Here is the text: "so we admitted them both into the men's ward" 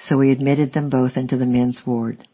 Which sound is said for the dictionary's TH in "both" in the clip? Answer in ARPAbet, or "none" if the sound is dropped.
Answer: TH